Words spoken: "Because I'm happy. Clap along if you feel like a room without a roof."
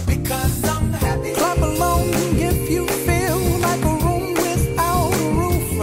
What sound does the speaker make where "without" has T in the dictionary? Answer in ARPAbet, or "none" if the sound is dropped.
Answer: none